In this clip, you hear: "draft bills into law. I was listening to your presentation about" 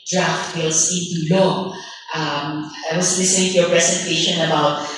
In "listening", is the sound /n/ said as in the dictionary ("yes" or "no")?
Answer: no